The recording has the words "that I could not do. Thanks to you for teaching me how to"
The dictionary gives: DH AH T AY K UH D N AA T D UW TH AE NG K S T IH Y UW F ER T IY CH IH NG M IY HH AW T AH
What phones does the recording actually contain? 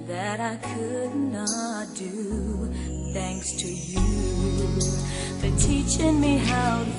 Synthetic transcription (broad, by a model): DH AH T AY K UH D N AA T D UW TH AE NG K S T IH Y UW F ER T IY CH IH NG M IY HH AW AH